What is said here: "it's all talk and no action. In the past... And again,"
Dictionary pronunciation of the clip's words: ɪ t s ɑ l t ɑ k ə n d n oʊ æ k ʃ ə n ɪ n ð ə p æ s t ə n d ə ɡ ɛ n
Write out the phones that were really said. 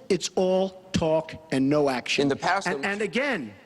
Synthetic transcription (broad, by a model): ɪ t s ɑ l t ɑ k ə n n oʊ æ k ʃ ɪ n ð ə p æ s ə n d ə ɡ ɛ n